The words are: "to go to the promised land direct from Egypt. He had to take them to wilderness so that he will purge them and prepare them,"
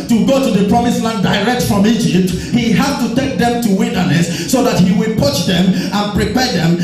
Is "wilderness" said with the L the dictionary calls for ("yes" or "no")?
no